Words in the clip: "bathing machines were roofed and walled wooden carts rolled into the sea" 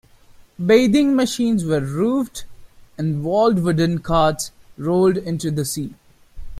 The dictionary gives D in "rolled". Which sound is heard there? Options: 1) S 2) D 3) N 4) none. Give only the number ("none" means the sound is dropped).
2